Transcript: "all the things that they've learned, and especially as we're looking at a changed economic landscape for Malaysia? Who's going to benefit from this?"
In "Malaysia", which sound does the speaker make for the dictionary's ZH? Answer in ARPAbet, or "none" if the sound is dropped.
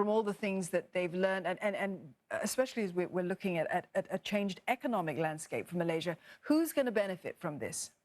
ZH